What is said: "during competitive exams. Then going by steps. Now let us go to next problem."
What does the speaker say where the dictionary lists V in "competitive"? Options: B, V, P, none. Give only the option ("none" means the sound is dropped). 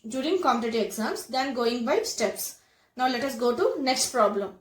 none